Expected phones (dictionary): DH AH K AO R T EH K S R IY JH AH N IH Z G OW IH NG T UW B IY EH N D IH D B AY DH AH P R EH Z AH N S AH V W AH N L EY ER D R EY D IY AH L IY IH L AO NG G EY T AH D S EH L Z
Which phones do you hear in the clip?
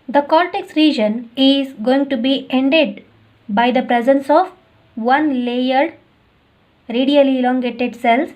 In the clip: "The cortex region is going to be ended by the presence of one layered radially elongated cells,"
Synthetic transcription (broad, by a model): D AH K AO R T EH K S R IY JH AH N IH Z G OW IH NG T UW B IY EH N D IH D B AY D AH P R EH Z AH N S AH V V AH N L EY ER D R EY D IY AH L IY L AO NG G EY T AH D S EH L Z